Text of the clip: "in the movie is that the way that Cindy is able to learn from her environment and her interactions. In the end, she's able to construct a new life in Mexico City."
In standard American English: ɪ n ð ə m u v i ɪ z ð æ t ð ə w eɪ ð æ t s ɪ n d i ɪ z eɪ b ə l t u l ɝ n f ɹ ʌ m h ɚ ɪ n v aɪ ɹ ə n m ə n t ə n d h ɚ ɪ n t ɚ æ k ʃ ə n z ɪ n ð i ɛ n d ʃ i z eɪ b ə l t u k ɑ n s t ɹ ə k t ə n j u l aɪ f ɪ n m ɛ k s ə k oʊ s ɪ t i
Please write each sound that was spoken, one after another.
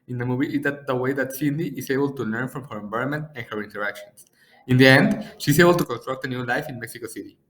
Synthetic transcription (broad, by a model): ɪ n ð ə m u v i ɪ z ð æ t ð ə w eɪ ð æ t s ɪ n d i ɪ s eɪ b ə l t u l ɝ n f ɹ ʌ m h ɚ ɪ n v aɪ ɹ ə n m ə n t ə n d h ɚ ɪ n t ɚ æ k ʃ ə n s ɪ n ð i ɛ n d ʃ i s eɪ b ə l t u k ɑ n s t ɹ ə k t ə n j u l aɪ f ɪ n m ɛ k s ə k oʊ s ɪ t i